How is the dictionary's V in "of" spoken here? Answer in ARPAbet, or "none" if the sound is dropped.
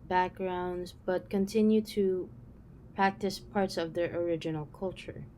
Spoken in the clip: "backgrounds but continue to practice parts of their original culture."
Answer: V